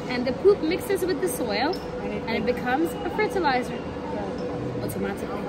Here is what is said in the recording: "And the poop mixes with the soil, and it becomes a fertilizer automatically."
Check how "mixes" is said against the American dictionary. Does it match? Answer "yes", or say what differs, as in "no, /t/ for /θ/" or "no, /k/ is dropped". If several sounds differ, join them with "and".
yes